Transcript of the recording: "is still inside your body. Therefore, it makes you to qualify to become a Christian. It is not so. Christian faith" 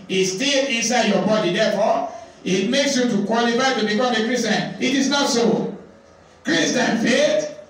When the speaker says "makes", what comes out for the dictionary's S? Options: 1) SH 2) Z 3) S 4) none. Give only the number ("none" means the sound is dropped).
3